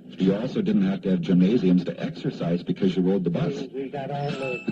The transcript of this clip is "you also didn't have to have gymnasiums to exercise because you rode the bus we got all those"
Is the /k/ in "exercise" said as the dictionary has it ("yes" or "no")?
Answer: yes